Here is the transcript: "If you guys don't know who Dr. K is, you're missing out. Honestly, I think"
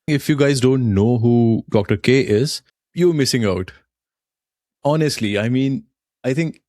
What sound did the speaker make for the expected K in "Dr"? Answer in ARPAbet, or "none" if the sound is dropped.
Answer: K